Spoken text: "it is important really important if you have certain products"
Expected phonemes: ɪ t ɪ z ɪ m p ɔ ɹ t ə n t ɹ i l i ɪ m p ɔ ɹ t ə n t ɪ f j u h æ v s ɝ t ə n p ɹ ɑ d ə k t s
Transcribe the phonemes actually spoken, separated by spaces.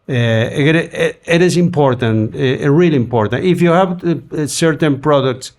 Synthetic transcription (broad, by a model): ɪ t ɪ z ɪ m p ɔ ɹ t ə n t ɹ i l i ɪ m p ɔ ɹ t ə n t ɪ f j u h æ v s ɝ t ə n p ɹ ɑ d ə k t s